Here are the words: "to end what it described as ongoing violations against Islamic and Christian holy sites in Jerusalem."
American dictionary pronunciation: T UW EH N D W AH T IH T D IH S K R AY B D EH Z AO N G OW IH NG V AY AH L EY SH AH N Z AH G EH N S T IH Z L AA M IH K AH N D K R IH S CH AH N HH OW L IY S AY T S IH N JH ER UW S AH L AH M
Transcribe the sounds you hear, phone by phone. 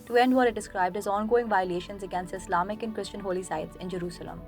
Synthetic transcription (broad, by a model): T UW EH N D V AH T IH T D IH S K R AY B D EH Z AO N G OW IH NG V AY AH L EY SH AH N Z AH G EH N S T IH S L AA M IH K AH N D K R IH S CH AH N HH OW L IY S AY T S IH N JH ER UW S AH L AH M